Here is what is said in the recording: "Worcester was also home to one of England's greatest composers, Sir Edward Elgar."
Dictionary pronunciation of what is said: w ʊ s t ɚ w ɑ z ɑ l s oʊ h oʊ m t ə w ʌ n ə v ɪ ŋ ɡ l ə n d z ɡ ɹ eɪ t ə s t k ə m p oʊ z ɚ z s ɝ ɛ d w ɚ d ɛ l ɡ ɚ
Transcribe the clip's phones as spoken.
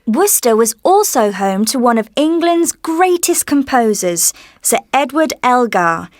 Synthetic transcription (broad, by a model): w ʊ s t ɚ w ɑ z ɑ l s oʊ h oʊ m t ə w ʌ n ə v ɪ ŋ ɡ l ə n d z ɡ ɹ eɪ t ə s k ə m p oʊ z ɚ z s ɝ ɛ d w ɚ d ɛ l ɡ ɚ